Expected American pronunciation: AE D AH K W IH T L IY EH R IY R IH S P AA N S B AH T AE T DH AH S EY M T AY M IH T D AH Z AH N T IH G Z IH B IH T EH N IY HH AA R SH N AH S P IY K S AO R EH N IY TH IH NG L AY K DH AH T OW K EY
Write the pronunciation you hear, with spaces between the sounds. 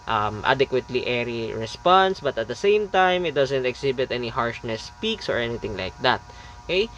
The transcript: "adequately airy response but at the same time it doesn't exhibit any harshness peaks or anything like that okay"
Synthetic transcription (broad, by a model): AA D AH K W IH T L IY EH R IY R IH S P AA N S B AH T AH T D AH S EY M T AY M IH T D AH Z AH N T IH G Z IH B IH T EH N IY HH AA R SH N AH S P IY K S AO R EH N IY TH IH NG L AY K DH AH T OW K EY